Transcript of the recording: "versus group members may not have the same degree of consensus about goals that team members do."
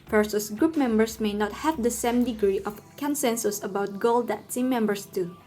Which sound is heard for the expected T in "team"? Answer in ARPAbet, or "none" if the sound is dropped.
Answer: S